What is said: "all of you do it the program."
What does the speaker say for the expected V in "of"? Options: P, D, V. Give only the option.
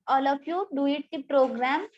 P